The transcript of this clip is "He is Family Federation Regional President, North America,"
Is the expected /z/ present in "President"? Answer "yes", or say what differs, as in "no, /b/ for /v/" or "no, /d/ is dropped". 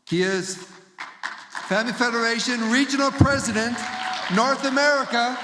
yes